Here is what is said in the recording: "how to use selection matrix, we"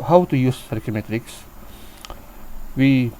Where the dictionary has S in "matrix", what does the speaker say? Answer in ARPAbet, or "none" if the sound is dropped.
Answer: S